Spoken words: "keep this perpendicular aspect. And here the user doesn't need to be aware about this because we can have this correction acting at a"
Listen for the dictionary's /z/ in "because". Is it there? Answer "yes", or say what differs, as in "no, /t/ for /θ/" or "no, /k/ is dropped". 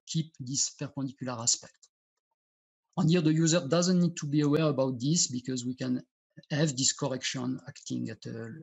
yes